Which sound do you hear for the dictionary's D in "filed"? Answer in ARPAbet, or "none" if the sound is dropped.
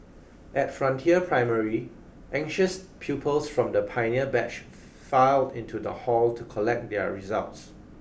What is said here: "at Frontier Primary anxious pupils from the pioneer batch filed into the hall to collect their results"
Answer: D